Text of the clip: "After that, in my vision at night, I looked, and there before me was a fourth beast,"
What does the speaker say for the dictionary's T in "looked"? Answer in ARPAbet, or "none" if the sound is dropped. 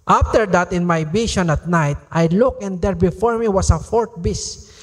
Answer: none